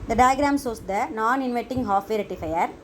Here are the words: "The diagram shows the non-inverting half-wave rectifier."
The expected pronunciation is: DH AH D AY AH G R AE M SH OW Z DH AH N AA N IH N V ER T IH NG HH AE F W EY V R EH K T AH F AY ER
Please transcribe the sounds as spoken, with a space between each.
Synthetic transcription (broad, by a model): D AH D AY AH G R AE M S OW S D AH N AA N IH N V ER T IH NG HH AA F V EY R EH T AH F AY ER